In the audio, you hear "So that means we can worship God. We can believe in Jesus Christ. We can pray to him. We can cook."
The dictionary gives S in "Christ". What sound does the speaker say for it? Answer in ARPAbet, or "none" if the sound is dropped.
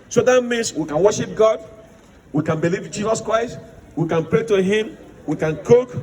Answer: S